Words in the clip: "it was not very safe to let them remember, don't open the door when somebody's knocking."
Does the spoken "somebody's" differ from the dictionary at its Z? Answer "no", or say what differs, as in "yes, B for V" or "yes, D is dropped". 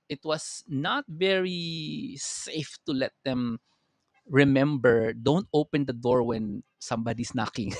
yes, S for Z